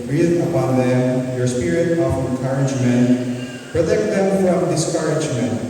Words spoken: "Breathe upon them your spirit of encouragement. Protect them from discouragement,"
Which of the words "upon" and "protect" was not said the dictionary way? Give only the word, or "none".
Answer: protect